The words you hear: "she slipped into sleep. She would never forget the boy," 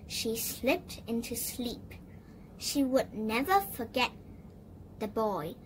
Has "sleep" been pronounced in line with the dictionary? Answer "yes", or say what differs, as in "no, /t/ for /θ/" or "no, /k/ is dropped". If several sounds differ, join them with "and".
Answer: yes